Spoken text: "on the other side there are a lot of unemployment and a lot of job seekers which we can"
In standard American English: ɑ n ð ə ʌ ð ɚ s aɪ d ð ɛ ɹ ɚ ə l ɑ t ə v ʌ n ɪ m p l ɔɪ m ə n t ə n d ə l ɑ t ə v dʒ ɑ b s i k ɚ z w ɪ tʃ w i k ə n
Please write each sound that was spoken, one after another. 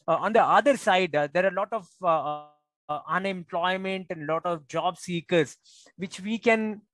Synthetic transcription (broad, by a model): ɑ n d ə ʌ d ɚ s aɪ d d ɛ ɹ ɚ ə l ɑ t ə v ʌ n ɪ m p l ɔɪ m ə n t ə n d l ɑ t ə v dʒ ɑ b s i k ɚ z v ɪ tʃ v i k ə n